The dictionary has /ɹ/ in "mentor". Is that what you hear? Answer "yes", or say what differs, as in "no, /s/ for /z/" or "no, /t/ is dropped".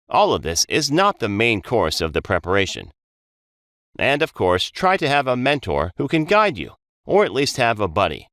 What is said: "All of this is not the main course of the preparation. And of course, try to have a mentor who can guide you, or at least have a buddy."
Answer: yes